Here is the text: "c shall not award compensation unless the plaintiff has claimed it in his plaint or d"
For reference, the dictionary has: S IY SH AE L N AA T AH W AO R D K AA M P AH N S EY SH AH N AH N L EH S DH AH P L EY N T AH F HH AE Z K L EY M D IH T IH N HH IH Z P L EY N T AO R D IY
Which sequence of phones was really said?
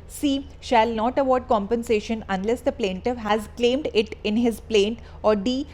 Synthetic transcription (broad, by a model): S IY SH AE L N AA T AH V AO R D K AA M P AH N S EY SH AH N AH N L EH S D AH P L EY N T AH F HH AE Z K L EY M D IH T IH N HH IH Z P L EY N T AO R D IY